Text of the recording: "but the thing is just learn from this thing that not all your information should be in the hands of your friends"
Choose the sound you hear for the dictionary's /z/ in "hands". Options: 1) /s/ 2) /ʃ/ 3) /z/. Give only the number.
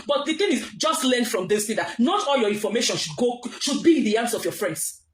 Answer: 1